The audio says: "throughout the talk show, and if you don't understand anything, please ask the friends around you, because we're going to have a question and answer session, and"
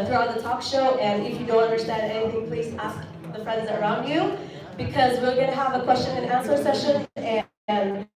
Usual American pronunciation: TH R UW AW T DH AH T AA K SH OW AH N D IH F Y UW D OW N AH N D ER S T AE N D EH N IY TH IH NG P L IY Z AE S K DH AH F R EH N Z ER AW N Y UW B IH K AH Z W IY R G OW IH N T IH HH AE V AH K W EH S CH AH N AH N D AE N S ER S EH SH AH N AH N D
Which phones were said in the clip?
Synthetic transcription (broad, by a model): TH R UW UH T DH AH T AA K SH OW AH N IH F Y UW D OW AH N D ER S T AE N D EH IY T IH P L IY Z AE S K DH AH F R EH N Z ER AW N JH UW B IH K AH Z W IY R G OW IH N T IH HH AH V AH K W EH S CH AH N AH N AE N S ER S EH SH AH N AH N